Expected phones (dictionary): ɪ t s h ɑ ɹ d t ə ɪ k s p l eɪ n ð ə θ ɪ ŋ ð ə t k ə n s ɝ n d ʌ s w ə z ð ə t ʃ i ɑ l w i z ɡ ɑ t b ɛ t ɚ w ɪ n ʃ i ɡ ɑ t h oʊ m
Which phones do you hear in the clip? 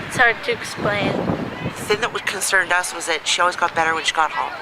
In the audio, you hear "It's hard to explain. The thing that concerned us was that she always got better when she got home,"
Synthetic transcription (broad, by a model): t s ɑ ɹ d t ɪ k s p l eɪ n ð ə θ ɪ ŋ ð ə t k ə n s ɝ n d ʌ s w ə z ð ə t ʃ i ɑ l w i z ɡ ɑ t b ɛ t ɚ w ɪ n ʃ i ɡ ɑ t h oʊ